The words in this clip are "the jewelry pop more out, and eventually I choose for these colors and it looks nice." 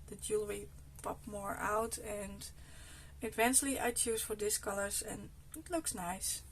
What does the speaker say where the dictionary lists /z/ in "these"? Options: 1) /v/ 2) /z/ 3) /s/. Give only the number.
3